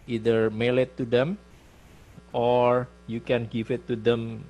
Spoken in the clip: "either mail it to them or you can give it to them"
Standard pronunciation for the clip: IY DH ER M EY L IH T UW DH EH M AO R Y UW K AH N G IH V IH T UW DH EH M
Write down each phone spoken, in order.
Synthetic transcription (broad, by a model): IY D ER M EY L IH T UW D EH M AO R Y UW K AH N G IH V IH T UW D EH M